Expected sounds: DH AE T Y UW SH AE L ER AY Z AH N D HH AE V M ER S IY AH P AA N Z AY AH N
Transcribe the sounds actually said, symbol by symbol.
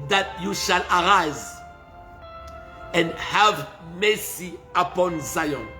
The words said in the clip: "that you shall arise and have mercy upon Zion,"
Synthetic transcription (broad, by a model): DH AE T Y UW SH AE L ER AY Z AH N D HH AE V M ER S IY AH P AA N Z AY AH N